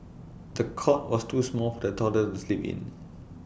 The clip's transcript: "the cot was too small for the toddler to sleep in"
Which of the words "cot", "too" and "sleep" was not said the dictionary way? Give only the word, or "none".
none